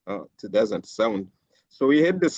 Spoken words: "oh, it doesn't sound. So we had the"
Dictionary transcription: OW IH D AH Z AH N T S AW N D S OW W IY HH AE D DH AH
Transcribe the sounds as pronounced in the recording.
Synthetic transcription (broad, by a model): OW IH D AH Z AH N T S AW N D S OW W IY HH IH D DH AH